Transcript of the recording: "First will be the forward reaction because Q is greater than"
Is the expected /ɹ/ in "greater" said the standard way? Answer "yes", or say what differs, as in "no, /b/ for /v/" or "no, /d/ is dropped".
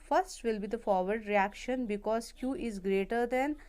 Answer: yes